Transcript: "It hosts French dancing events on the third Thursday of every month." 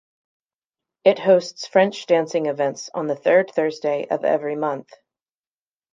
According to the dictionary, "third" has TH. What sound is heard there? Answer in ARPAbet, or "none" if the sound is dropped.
TH